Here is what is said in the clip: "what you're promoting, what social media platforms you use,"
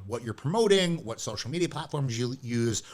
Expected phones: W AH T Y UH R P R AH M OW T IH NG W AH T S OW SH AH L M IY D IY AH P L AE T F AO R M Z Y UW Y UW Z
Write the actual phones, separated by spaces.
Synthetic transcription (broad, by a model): W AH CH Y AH R P R AH M OW T IH NG W AH T S OW SH L M IY D IY AH P L AE T F AO R M Z Y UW Y UW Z